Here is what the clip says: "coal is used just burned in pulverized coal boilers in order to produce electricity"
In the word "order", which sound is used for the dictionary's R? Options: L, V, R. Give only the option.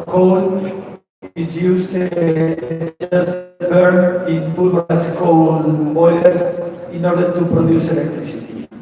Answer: R